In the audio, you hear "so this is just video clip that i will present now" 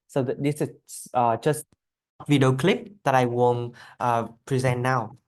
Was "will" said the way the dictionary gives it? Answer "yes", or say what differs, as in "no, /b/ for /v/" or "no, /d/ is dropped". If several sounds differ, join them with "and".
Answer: no, /n/ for /l/